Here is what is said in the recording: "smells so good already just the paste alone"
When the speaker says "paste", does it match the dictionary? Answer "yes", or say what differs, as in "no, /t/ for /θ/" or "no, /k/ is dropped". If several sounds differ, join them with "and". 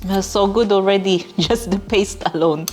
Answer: yes